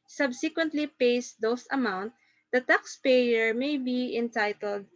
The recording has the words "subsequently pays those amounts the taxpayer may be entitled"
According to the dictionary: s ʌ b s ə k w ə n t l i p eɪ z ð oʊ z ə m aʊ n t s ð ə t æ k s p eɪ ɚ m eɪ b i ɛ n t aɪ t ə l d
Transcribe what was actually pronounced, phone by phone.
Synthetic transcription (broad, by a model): s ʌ b s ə k w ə n t l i p eɪ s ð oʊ s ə m aʊ n t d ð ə t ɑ k s p eɪ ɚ m eɪ b i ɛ n t aɪ t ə l d